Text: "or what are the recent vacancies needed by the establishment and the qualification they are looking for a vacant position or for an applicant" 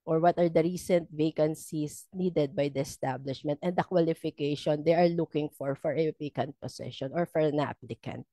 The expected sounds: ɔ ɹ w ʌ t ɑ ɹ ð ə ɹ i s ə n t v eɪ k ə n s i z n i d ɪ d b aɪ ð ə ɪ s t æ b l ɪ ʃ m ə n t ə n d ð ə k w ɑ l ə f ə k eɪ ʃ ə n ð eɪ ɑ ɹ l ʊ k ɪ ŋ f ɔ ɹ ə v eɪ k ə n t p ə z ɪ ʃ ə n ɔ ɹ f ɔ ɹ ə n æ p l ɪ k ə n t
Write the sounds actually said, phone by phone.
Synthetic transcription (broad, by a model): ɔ ɹ w ʌ t ɑ ɹ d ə ɹ i s ə n t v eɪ k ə n s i s n i d ɪ d b aɪ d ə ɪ s t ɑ b l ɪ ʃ m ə n t ə n d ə k w ɑ l ə f ə k eɪ ʃ ə n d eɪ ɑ ɹ l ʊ k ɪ ŋ f ɔ ɹ ə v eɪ k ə n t p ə s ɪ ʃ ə n ɔ ɹ f ɔ ɹ ə n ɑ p l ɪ k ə n t